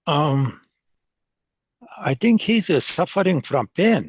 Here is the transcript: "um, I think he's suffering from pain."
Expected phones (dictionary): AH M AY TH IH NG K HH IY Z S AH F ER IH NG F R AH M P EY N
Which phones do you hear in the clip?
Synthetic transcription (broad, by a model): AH M AY TH IH NG K HH IY Z S AH F ER IH NG F R AH M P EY N